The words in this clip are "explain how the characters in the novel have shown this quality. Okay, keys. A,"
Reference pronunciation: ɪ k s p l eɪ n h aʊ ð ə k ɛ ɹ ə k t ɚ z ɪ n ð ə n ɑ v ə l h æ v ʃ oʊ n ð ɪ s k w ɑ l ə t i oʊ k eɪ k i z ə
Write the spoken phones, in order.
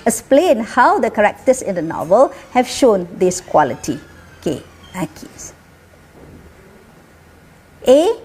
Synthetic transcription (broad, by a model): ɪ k s p l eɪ n h aʊ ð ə k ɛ ɹ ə k t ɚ s ɪ n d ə n ɑ v ə l h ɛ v ʃ oʊ n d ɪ s k w ɑ l ə t i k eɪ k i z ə